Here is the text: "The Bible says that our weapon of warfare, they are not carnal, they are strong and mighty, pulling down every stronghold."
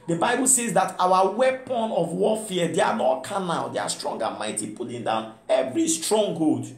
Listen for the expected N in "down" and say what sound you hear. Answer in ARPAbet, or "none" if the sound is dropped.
N